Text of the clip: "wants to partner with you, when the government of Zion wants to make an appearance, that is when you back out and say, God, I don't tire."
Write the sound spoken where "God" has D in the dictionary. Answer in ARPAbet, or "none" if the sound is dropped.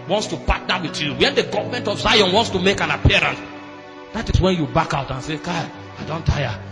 none